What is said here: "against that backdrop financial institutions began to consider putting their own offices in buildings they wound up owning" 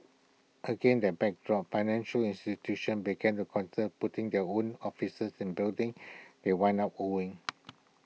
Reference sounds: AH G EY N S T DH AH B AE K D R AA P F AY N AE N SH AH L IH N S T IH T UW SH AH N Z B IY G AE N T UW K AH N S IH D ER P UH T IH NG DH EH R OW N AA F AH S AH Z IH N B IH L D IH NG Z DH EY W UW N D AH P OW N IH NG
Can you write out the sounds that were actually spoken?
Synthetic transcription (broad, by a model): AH G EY N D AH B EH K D R AA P F AY N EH N SH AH L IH N S T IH T UW SH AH N B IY G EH N T UW K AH N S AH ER P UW T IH NG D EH OW N AA F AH S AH S IH N B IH L D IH NG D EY W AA N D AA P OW IH NG